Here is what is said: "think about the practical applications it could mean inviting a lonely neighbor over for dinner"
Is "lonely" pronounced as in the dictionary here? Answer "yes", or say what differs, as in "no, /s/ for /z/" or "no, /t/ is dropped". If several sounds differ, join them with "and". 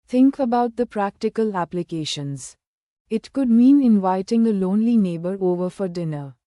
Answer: yes